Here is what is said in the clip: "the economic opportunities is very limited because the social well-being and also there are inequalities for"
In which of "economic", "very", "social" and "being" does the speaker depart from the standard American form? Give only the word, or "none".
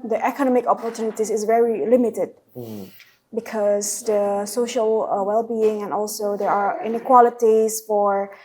none